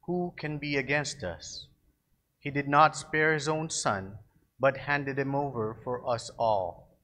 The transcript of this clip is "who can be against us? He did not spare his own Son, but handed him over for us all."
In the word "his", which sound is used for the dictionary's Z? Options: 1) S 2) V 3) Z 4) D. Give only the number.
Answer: 3